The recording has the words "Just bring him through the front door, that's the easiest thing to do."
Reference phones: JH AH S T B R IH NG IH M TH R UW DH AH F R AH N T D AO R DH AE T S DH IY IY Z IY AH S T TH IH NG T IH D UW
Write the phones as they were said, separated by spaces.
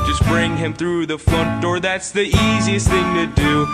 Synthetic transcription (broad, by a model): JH AH S B R IH NG IH M TH R UW DH AH F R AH N D AO R DH AE T S DH IY IY Z IY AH S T TH IH NG T IH D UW